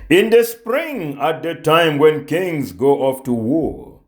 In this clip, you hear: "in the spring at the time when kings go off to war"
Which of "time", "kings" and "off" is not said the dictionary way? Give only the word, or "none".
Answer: none